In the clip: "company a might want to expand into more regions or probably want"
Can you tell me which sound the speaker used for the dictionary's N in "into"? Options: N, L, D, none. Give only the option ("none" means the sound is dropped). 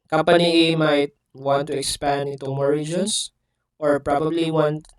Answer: none